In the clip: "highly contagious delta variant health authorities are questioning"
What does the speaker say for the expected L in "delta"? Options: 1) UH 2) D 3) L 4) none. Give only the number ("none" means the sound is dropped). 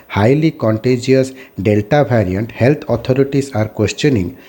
3